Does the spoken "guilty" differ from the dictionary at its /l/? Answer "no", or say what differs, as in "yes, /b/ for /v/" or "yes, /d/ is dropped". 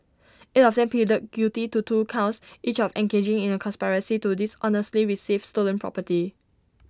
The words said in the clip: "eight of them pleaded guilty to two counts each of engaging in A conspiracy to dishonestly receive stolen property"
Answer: yes, /l/ is dropped